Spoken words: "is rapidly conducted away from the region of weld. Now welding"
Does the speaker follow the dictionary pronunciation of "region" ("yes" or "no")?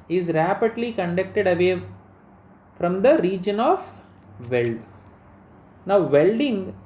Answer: yes